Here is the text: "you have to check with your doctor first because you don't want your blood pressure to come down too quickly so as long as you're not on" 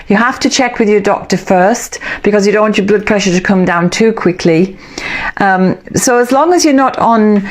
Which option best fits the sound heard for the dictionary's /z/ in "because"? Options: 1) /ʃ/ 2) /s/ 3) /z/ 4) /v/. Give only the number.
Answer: 3